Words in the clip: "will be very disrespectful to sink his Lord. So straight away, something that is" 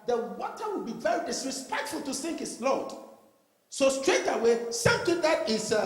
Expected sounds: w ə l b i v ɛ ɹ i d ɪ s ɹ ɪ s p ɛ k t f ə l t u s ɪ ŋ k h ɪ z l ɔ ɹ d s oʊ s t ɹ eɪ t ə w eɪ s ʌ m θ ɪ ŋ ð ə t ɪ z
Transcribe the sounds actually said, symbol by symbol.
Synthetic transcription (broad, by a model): w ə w b i v ɛ ɹ i d ɪ s ɹ ɪ s p ɛ k t f ə l t u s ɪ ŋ k h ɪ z l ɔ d s oʊ s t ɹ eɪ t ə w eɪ s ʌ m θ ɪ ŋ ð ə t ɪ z